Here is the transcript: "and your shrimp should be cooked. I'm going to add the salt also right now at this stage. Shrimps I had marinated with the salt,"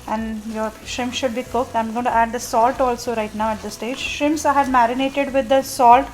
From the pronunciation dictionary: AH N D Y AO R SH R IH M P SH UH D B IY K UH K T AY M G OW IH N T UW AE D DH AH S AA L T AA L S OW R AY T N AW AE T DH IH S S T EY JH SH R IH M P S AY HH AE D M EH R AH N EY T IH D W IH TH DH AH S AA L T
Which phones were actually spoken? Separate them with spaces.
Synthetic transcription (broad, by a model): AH N D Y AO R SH IH M SH UH D B IY K UH K T AY M G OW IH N T UW AE D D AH S AA L T AA L S OW R AY T N AW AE T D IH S S T EY JH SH IH M S AY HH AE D M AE R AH N EY T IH D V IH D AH S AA L T